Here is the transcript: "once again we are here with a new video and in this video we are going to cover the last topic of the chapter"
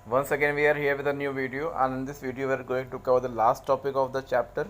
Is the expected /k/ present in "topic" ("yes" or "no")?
yes